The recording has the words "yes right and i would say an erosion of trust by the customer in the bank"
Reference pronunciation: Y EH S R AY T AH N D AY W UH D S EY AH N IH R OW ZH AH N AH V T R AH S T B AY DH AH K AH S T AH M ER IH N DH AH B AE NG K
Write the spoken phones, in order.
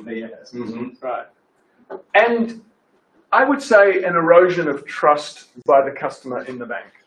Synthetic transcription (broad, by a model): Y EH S R AY T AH N AY W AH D S EY AH N IH R OW ZH AH N AH V T R AH S T B AY DH AH K AH S T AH M ER IH N DH AH B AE NG K